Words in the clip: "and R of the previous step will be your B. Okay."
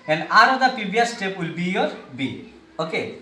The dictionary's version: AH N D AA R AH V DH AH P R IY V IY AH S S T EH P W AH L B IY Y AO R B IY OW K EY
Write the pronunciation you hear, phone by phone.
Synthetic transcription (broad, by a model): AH N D AA R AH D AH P IY B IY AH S S T EH P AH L B IY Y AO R B IY OW K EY